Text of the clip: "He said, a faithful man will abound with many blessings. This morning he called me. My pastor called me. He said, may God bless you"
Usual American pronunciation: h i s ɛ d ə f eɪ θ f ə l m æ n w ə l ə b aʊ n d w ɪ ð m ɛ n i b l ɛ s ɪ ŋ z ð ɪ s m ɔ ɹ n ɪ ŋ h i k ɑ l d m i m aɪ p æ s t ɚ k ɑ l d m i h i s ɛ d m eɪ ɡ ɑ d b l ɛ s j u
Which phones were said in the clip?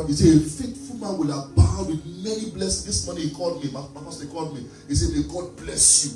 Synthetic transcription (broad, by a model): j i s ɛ ə f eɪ t f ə l m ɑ n w ə l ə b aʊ d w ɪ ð m ɛ n i b l ɛ s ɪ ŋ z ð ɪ s m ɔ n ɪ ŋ h i k ɑ l d m i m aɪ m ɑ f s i k ɑ l d m i h i s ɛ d m eɪ ɡ ɑ d b l ɛ s j u